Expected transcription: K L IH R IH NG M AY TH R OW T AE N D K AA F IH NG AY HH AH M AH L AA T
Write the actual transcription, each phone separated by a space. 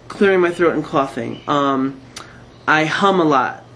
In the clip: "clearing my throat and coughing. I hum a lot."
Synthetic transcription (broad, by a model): K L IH R IH NG M AY TH R OW T N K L AA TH IH NG AY HH AH M AH L AA T